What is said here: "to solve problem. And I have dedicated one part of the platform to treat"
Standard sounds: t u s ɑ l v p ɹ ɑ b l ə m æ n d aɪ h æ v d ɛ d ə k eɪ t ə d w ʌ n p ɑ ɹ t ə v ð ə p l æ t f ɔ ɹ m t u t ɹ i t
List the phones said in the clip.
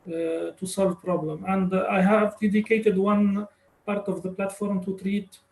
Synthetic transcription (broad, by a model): t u s ɑ l v p ɹ ɑ b l ə m æ n d aɪ h æ v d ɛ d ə k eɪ t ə d w ʌ n p ɑ ɹ t ə v ð ə p l æ t f ɔ ɹ m t u t ɹ i t